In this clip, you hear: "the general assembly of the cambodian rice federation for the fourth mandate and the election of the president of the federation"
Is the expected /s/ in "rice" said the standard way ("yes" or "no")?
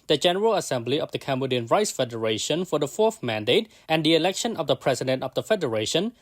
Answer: yes